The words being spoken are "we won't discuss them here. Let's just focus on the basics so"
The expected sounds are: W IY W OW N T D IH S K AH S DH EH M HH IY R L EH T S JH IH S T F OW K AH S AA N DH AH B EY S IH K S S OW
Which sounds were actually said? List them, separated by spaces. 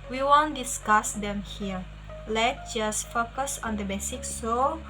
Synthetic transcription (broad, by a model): W IY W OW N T D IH S K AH S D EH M HH IY R L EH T JH IH S T F OW K AH S AA N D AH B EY S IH K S S OW